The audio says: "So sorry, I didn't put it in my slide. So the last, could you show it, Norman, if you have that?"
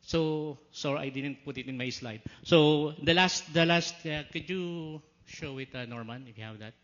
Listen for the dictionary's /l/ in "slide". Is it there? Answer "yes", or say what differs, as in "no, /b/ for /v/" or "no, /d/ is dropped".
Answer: yes